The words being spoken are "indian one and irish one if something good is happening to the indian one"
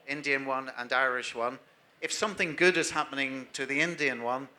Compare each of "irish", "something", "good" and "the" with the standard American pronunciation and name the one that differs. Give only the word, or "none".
none